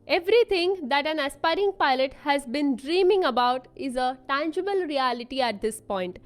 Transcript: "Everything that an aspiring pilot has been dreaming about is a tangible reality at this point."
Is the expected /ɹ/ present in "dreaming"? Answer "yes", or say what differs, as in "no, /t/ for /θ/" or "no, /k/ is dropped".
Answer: yes